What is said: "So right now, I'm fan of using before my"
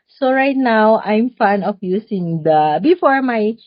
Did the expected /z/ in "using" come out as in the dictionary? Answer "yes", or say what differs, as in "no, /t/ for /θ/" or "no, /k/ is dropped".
no, /s/ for /z/